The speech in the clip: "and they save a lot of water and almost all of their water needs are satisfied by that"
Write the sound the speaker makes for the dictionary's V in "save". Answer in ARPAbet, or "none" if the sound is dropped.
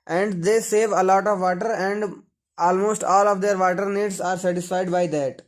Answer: V